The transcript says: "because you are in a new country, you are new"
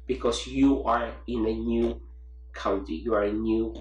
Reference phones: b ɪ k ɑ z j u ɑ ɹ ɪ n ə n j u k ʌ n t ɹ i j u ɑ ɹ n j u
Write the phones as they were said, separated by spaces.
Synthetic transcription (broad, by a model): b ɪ k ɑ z j u ɑ ɹ ɪ n ə n j u k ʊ n t i j u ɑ ɹ n j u